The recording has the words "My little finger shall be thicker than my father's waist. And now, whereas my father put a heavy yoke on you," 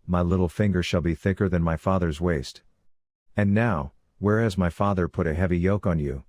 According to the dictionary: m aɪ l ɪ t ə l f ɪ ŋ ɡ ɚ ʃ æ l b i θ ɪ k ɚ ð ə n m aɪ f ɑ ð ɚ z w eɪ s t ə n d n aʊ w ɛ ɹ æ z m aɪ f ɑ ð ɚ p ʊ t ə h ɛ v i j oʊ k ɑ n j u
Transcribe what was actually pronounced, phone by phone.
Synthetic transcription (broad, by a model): m aɪ l ɪ t l f ɪ ŋ ɡ ɚ ʃ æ l b i θ ɪ k ɚ ð ə n m aɪ f ɑ ð ɚ z w eɪ s t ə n n aʊ w ɛ ɹ æ z m aɪ f ɑ ð ɚ p ʊ t ə h ɛ v i j oʊ k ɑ n j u